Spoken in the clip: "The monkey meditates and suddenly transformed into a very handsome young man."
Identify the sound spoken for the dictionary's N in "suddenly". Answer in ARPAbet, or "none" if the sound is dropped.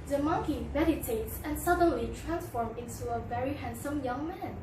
N